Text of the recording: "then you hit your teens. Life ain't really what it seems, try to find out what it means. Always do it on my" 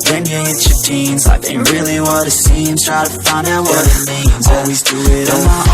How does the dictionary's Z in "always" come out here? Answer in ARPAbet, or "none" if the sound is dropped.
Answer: Z